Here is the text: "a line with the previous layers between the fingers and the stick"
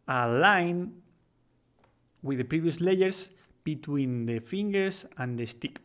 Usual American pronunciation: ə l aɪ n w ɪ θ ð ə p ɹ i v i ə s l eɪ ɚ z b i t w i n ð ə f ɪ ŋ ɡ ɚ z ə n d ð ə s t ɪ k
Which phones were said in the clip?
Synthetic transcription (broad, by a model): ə l aɪ n w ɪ ð ə p ɹ i v i ə s l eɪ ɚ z b i t w i n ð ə f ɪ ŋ ɡ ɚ s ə n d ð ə s t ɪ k